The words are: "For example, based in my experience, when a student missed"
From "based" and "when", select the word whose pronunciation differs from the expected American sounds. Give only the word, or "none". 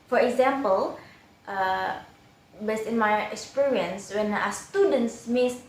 based